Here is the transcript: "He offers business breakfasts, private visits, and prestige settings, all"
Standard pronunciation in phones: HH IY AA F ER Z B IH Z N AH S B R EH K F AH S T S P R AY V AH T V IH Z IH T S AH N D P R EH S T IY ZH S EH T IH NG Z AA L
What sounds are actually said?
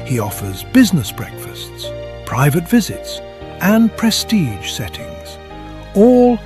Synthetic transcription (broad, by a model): HH IY AA F ER Z B IH Z N AH S B R EH K F AH S T S P R AY V AH T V IH Z IH T S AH N P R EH S T IY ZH S EH T IH NG Z AA L